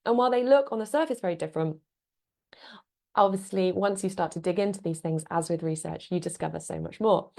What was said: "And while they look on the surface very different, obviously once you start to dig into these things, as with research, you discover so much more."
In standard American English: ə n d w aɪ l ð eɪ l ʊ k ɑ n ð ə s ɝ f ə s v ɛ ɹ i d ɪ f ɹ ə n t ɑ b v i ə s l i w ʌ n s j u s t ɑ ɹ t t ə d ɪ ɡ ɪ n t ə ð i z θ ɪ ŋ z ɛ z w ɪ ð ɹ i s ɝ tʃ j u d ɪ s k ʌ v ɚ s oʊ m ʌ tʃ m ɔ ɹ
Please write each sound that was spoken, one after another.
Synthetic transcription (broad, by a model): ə n w aɪ l ð eɪ l ʊ k n ð ə s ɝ f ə s v ɛ ɹ i d ɪ f ɹ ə n t ɑ b v i ə s l i w ʌ n s j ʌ s t ɑ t t ə d ɪ ɡ ɪ n t ə ð i z θ ɪ ŋ z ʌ z w ɪ ð ɹ i s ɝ tʃ j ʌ d ɪ s k ʌ v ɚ s oʊ m ʌ tʃ m ɔ